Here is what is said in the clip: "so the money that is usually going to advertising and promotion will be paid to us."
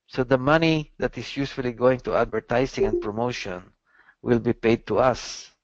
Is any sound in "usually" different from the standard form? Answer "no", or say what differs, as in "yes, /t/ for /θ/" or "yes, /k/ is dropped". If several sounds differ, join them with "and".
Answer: yes, /s/ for /ʒ/